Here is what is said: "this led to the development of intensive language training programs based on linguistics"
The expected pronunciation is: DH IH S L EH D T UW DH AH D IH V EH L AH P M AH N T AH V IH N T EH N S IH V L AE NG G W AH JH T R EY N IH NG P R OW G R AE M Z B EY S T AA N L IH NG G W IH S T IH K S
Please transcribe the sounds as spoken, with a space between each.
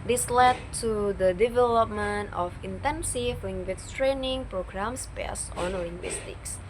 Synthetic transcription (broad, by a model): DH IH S L EH D T UW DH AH D IH V EH L AH P M AH N T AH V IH N T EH N S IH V L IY NG G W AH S T R EY N IH NG P R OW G R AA M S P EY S AA N L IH NG G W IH S T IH K S